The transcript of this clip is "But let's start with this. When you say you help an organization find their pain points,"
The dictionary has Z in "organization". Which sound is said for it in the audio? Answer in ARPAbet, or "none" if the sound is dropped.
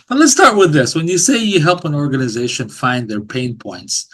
Z